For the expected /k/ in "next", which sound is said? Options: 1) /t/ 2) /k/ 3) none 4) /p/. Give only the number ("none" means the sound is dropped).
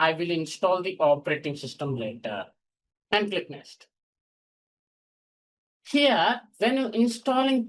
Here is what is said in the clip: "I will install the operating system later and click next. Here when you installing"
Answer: 3